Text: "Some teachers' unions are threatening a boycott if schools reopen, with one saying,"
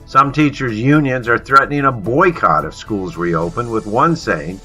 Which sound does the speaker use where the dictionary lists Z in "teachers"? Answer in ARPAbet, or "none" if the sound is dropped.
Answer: Z